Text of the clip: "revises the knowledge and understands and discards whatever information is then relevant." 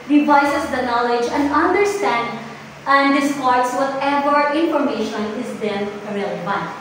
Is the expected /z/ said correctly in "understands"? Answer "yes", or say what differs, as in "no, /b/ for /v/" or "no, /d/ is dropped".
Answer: no, /z/ is dropped